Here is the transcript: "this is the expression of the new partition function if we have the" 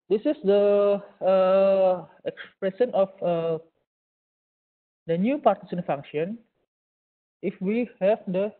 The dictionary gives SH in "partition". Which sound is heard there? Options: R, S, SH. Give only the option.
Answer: S